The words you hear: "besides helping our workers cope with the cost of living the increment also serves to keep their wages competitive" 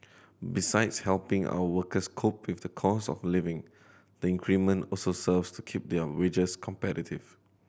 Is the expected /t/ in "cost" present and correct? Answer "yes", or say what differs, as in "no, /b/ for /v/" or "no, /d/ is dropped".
no, /t/ is dropped